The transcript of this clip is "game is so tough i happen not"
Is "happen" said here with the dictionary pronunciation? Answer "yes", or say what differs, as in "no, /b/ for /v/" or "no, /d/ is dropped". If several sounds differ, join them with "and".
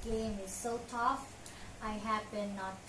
no, /b/ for /p/